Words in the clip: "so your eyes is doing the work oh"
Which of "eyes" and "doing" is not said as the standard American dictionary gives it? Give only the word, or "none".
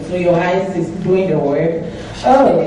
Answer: eyes